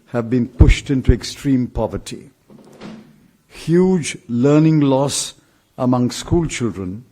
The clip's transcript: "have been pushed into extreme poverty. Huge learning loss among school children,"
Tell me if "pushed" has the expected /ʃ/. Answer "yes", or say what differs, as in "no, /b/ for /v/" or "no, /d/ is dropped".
yes